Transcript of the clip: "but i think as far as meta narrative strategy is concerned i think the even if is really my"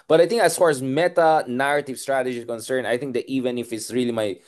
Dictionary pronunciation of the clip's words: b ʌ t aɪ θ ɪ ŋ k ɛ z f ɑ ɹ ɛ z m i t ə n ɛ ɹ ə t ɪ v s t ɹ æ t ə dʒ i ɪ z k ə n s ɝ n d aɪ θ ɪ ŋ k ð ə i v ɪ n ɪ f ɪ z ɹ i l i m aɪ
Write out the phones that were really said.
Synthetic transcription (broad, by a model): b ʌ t aɪ t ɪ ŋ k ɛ s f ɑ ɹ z m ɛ t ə n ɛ ɹ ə t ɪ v s t ɹ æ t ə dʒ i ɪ k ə n s ɝ n aɪ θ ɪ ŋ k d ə i v ɪ n ɪ f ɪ s ɹ i l i m aɪ